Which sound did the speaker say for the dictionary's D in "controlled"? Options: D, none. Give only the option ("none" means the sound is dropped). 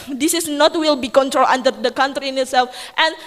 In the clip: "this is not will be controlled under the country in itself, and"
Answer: none